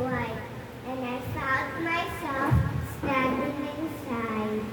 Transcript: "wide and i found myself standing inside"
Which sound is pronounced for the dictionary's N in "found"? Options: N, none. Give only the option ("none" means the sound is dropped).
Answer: none